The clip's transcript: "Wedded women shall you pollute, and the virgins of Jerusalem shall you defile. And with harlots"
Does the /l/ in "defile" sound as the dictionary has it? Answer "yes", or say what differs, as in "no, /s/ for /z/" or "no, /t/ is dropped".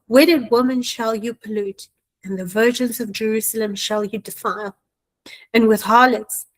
yes